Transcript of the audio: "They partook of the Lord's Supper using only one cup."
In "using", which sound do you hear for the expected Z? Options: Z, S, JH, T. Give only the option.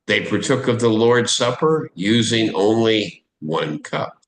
Z